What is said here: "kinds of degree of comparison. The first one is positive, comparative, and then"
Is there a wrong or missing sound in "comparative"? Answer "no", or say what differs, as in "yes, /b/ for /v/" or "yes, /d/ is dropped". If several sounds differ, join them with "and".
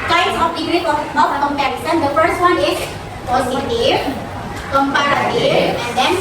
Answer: yes, /v/ is dropped